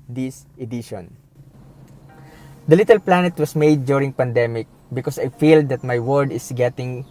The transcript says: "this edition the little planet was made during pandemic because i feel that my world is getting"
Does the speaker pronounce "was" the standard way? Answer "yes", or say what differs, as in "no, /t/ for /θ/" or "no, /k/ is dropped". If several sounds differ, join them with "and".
no, /s/ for /z/